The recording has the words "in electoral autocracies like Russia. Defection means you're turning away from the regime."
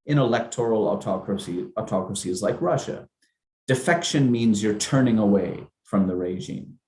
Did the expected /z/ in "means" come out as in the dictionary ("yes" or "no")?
yes